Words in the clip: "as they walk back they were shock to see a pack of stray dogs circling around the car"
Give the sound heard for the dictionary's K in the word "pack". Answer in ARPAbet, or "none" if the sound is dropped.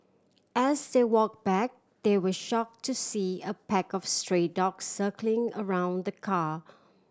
K